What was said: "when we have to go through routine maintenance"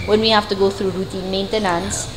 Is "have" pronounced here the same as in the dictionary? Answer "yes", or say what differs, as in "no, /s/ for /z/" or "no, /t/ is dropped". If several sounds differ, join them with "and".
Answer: no, /f/ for /v/